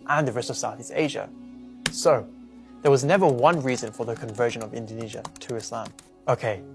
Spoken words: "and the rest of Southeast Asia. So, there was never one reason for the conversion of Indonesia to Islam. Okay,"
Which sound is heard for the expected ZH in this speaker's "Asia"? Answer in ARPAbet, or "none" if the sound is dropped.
ZH